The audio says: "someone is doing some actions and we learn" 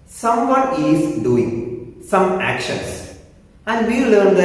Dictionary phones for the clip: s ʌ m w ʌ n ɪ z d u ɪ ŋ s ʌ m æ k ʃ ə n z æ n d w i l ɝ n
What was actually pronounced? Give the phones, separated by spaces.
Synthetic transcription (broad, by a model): s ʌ m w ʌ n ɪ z d u ɪ ŋ s ʌ m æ k ʃ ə n s æ n d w i l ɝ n